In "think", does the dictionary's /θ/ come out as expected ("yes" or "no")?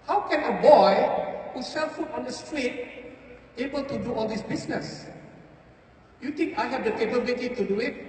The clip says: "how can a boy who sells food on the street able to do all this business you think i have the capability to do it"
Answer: no